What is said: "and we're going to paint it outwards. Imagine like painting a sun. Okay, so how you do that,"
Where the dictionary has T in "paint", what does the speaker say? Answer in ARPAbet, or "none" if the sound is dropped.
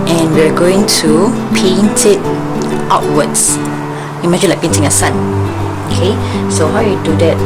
T